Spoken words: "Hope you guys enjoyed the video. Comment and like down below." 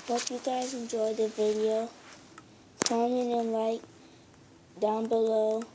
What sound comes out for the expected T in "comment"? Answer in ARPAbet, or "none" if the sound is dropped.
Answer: none